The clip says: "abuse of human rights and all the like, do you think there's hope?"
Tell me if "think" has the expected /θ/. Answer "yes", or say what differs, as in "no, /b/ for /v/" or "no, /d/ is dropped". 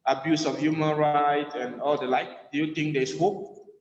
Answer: no, /t/ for /θ/